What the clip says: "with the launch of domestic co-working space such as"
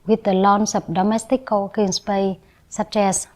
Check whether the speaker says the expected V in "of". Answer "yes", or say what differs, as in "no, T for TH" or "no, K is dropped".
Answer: no, P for V